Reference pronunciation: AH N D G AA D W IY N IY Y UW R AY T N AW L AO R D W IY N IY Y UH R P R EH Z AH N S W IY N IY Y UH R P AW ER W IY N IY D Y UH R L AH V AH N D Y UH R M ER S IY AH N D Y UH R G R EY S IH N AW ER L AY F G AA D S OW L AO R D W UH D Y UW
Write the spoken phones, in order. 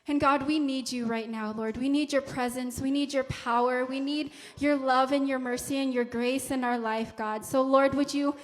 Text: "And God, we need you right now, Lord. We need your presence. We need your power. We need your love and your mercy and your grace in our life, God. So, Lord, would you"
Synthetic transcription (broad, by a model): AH N G AA D W IY N IY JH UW R AY T N AW L AO R D W IY N IY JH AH R P R EH Z AH N S W IY N IY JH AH R P AW ER W IY N IY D Y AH R L AH V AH N Y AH R M ER S IY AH N Y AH R G R EY S IH N AW ER L AY F G AA D S OW L AO R D W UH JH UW